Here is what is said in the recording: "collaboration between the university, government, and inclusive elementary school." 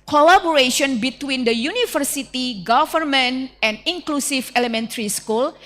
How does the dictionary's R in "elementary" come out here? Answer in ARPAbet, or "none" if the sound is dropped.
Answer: R